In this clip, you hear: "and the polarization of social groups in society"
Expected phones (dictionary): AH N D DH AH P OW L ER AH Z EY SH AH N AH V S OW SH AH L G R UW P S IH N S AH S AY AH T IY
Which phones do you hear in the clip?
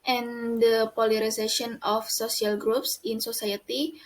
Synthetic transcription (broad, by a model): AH N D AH P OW L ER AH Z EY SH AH N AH F S OW S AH L G R UW P S IH N S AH S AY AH T IY